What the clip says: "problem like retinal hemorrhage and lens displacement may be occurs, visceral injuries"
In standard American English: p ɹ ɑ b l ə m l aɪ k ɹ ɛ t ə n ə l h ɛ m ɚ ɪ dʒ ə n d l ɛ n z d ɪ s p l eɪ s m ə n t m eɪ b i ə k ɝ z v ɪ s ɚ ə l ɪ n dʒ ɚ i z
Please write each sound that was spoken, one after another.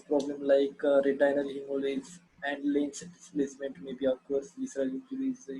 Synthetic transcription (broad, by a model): p ɹ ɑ b l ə m l aɪ k ɹ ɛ t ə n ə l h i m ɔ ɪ z ə n d l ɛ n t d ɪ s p l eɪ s m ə n t m eɪ b i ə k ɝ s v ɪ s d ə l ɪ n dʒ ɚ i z